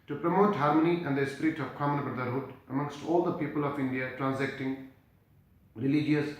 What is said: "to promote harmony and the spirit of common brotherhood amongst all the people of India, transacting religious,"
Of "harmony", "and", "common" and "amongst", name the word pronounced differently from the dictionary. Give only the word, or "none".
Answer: none